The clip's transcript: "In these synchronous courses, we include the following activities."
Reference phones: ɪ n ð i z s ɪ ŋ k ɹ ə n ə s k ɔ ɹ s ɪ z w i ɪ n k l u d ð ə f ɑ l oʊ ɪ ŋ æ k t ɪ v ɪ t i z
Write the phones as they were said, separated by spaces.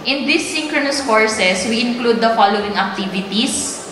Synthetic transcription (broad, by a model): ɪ n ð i s ɪ ŋ k ɹ ə n ə s k ɔ ɹ s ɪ s w i ɪ n k l u d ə f ɑ l oʊ ɪ ŋ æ k t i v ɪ t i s